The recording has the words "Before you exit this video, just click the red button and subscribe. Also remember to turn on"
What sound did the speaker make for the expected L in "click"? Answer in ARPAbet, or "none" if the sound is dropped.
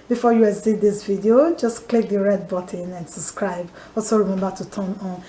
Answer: L